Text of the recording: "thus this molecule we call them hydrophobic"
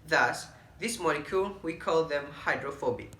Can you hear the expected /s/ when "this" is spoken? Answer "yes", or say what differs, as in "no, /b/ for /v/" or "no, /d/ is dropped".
yes